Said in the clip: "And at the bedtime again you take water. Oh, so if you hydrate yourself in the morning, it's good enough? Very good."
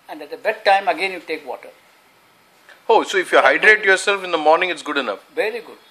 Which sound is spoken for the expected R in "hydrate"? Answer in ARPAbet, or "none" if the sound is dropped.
R